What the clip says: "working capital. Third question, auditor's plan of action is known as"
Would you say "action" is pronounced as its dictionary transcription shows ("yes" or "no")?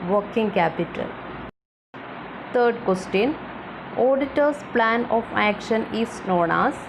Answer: yes